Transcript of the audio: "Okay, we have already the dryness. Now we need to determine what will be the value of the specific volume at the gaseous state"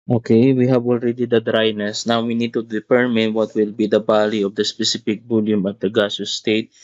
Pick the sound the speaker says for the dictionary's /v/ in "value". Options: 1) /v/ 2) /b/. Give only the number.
2